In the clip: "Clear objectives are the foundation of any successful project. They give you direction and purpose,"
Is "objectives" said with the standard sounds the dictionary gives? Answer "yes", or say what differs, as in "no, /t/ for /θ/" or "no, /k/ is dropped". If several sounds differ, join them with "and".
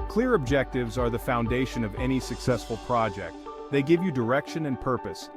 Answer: yes